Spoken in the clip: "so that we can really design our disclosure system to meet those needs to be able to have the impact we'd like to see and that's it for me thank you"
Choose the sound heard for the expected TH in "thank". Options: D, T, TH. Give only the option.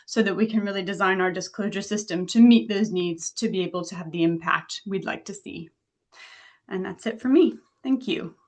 TH